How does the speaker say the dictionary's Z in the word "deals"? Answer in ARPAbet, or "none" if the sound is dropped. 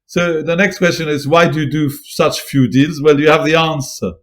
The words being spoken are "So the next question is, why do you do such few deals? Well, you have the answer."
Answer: Z